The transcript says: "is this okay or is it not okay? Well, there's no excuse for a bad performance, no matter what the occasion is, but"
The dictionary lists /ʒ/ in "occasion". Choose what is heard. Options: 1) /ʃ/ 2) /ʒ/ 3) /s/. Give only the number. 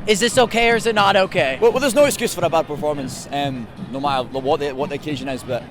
2